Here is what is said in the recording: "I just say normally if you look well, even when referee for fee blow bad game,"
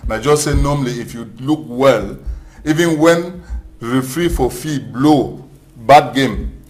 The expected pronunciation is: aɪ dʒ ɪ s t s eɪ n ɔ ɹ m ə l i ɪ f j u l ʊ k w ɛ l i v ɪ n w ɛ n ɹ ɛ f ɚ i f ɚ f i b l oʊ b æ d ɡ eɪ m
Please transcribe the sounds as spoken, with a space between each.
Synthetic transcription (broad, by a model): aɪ dʒ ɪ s s eɪ n ɔ m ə l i ɪ f j u l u k w ɛ l i v ɪ n w ɛ n ɹ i f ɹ i f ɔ f i b l oʊ b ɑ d ɡ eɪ m